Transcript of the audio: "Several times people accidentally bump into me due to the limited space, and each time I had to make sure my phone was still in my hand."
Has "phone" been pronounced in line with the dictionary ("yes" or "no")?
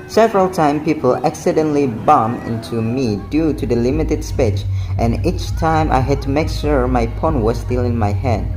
no